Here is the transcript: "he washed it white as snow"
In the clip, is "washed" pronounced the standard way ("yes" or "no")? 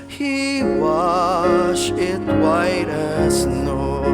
no